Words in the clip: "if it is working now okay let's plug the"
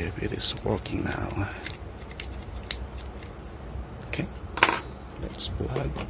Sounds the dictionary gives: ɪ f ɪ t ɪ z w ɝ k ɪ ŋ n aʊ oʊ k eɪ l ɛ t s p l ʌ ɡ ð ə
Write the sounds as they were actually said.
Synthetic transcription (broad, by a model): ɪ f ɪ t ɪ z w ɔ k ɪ ŋ n aʊ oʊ k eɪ l ɛ t s b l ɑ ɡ